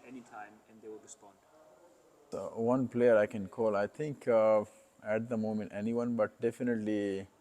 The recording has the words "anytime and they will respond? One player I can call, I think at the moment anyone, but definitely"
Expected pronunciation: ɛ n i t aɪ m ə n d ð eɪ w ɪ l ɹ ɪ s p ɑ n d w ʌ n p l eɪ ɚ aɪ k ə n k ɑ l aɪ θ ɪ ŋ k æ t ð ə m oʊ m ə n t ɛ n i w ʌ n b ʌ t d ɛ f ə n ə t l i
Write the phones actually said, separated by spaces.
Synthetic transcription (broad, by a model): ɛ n i t aɪ m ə n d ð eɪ w ɪ l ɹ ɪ s p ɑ n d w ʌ n p l eɪ ɚ aɪ k ə n k ɑ l aɪ t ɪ ŋ k æ t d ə m oʊ m ə n t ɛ n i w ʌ n b ʌ t d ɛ f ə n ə t l i